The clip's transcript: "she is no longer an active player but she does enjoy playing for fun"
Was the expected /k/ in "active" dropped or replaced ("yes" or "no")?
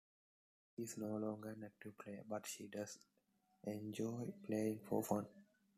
yes